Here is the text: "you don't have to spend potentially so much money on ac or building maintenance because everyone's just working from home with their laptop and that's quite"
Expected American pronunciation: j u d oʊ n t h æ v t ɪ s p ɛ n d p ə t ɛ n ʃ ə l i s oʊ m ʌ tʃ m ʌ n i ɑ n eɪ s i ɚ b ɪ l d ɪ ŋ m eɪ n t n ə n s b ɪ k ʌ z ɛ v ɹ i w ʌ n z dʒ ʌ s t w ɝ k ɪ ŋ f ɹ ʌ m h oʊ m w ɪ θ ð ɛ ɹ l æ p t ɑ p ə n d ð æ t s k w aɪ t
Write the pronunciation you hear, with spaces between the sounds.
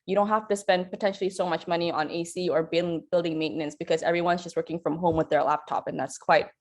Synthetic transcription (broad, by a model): j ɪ d oʊ n t h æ f t ɪ s p ɛ n d p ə t ɛ n ʃ l i s oʊ m ʌ tʃ m ʌ n i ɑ n eɪ s i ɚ b ɪ l d ɪ ŋ m eɪ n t n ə n s b ɪ k ʌ z ɛ v ɹ i w ʌ n z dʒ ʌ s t w ɝ k ɪ ŋ f ɹ ʌ m h oʊ m w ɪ ð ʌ ɹ l æ p t ɑ p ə n ð æ t s k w aɪ t